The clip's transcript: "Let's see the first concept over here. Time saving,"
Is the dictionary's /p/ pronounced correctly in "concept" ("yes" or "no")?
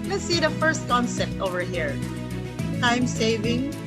no